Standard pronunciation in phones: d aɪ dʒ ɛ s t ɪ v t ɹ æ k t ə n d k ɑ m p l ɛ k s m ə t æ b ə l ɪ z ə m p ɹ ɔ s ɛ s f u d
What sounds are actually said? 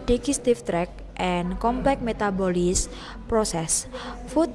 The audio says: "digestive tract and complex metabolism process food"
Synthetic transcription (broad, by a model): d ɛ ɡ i s t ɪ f t ɹ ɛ k t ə n k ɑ m p l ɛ k m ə t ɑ b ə l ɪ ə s p ɹ ɔ s ɛ s f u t